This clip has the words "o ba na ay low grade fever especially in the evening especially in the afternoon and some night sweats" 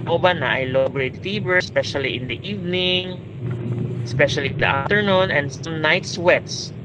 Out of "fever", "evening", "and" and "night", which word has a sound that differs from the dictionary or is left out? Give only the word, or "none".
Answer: fever